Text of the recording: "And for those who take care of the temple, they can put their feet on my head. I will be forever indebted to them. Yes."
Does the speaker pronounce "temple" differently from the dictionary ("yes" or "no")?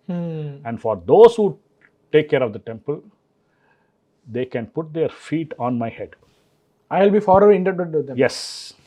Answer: no